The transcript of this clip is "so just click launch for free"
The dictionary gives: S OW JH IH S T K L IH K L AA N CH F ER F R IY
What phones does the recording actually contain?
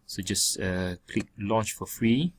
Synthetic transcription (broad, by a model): S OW JH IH S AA K L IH K L AA N CH F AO F R IY